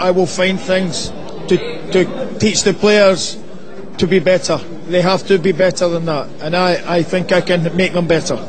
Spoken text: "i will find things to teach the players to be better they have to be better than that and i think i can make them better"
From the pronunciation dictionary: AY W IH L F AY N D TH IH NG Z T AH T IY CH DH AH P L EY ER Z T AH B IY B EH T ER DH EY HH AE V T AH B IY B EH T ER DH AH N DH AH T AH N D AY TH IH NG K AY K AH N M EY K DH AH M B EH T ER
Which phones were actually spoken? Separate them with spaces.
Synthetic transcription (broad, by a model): AY W IH L F AY N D TH IH NG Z T AH T IY CH DH AH P L EY ER Z T AH B IY B EH T ER DH EY HH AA F T AH B IY B EH T ER DH AH N DH AH T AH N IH AY TH IH NG K AY K AH N M EY K DH AH M B EH T ER